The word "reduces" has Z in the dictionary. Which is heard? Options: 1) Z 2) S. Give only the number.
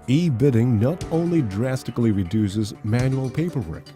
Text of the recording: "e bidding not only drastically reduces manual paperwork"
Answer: 1